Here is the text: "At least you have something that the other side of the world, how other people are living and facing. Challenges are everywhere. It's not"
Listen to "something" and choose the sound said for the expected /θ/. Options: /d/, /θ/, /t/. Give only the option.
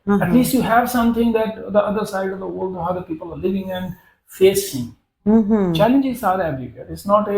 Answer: /t/